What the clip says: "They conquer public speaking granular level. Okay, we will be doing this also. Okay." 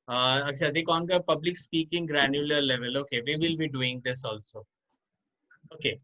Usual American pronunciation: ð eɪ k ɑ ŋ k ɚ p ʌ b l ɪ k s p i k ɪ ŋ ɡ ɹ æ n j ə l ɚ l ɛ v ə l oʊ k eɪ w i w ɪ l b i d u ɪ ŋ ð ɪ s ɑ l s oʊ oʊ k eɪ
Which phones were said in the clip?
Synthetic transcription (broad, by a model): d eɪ k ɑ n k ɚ p ʌ b l ɪ k s p i k ɪ ŋ ɡ ɹ æ n j ə l ɚ l ɛ v ə l oʊ k eɪ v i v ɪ l b i d u ɪ ŋ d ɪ s ɑ l s oʊ oʊ k eɪ